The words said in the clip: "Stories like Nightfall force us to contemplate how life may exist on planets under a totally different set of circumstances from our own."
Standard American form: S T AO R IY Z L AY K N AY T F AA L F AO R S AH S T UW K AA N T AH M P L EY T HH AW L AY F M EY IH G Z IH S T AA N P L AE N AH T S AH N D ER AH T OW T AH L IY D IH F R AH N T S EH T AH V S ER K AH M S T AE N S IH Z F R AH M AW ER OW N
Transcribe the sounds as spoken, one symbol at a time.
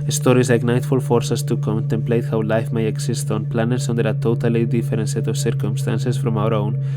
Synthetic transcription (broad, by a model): S T AO R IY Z L AY K N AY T F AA L F AO R S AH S T UW K AA N T AH M P L EY T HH AW L AY F M EY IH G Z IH S T AA N P L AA N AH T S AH N D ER AH T OW T AH L IY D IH F R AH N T S EH T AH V S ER K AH M S T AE N S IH S F R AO M AW ER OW N